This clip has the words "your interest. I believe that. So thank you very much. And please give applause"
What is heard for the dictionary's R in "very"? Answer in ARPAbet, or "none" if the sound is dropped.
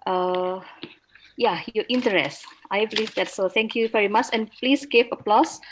R